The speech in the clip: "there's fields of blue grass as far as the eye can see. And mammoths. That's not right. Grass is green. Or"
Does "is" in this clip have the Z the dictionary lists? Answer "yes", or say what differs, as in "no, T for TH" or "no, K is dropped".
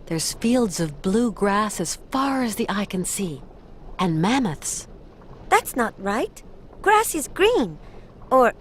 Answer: yes